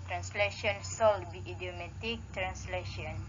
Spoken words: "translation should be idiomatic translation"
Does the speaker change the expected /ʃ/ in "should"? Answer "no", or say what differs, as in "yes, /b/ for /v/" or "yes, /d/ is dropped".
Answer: yes, /s/ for /ʃ/